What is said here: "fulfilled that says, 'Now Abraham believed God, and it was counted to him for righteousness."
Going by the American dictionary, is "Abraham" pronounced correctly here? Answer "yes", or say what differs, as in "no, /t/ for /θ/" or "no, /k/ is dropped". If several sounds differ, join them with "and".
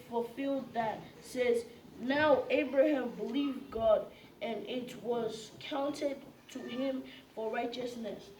yes